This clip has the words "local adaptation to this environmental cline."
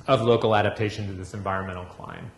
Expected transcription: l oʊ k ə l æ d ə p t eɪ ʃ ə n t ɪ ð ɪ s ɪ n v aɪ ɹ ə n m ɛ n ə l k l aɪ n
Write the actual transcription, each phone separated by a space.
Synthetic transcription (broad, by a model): l oʊ k l æ d ə p t eɪ ʃ ə n t ɪ ð ɪ s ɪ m v aɪ ɹ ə n m ɛ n l k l aɪ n